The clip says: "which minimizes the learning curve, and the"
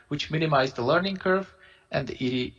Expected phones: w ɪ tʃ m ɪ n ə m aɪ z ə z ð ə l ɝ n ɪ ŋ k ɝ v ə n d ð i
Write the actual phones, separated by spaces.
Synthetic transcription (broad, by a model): w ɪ tʃ m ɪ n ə m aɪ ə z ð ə l ɝ n ɪ ŋ k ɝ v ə n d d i